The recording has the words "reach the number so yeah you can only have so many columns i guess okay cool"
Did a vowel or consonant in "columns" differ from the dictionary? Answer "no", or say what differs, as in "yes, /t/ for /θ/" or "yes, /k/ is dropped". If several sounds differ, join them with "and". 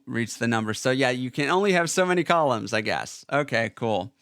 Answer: no